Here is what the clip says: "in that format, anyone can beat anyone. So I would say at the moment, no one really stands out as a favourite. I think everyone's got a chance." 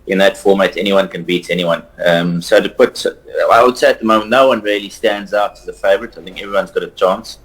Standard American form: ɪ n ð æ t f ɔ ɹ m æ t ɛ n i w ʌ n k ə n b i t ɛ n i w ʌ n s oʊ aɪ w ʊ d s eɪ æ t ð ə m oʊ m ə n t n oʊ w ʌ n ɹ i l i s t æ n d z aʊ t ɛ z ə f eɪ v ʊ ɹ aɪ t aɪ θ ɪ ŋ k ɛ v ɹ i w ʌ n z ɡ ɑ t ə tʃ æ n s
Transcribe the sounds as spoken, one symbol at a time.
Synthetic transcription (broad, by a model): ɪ n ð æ t f ɔ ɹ m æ t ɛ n i w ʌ n k ə n b i t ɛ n i w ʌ n s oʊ aɪ w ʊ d s eɪ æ t ð ə m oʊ m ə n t n oʊ w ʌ n ɹ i l i s t æ n d z aʊ t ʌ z ə f eɪ v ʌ ɹ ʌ t aɪ θ ɪ ŋ k ɛ v ɹ i w ʌ n z ɡ ɑ t ə tʃ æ n s